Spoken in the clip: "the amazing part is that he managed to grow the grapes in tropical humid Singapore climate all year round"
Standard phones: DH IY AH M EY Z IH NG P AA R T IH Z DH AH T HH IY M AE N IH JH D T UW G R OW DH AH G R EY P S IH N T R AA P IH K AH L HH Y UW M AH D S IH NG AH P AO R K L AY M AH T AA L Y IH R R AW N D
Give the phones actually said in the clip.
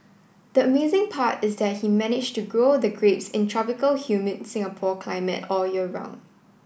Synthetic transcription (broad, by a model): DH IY AH M EY Z IH NG P AA T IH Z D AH T HH IY M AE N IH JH T UW G R OW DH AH G R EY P S IH N T R AA P IH K AH L HH Y UW M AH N S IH NG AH P AO K L AY M AH T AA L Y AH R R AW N